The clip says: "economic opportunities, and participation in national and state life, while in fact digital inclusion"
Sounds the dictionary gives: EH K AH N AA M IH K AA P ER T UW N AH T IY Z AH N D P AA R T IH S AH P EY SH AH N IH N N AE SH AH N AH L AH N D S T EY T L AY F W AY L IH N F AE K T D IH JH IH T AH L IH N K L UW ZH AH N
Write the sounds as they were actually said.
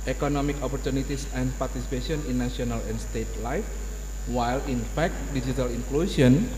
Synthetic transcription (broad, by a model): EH K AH N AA M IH K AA P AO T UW N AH T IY S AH N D P AA R T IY S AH P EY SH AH N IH N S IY AH N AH L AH N S T EY T L AY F W AY L IH N F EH K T D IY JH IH T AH L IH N K L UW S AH N